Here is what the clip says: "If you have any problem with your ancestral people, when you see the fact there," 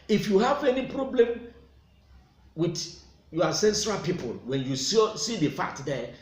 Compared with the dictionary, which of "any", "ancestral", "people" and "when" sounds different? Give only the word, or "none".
ancestral